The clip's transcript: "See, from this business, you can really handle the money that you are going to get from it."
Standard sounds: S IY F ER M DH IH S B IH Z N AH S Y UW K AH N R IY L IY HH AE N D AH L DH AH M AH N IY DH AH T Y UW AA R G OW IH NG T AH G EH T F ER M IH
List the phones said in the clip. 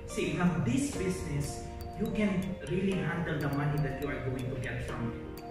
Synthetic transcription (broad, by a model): S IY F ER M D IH S B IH S N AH S Y UW K AH N R IY L IY HH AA N D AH L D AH M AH N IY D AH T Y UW AA R G OW IH NG T AH G EH T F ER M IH